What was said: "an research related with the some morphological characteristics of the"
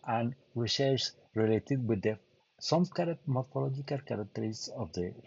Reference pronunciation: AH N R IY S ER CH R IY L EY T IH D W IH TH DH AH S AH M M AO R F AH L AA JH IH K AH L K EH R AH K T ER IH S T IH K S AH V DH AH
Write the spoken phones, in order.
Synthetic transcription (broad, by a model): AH N W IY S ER S R IY L EY T IH D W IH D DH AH S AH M M AO R F AH L AA JH IH K AH L K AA R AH K T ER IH S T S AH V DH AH